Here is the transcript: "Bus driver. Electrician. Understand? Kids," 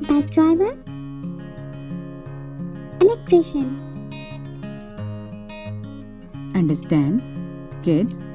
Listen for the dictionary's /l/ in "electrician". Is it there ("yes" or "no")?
no